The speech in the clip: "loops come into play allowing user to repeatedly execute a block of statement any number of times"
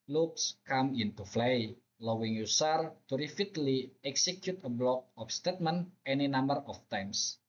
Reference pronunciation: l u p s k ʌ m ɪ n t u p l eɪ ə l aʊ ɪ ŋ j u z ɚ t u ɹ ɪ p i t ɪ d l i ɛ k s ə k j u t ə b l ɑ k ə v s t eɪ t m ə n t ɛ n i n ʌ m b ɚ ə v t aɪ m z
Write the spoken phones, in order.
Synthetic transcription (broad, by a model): l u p s k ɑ m ɪ n t u f l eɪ l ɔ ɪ ŋ j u s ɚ t u ɹ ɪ f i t l i ɛ k s ə k j u t ə b l ɑ k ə f s t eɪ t m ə n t ɛ n i n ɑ m b ɚ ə f t aɪ m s